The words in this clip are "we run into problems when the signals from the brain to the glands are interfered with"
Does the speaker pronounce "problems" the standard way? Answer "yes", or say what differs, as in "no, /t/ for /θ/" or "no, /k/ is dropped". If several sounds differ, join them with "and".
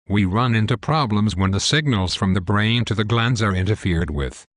yes